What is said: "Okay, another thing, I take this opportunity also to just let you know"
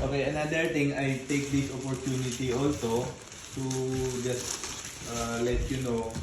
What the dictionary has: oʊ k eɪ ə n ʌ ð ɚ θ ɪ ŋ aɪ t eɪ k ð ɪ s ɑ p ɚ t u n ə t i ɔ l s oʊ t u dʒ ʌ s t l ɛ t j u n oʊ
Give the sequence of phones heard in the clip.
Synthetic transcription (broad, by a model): oʊ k eɪ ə n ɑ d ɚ t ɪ ŋ aɪ t eɪ k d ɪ s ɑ p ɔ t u n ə t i ɔ l s oʊ t u dʒ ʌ s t l ɛ t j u n oʊ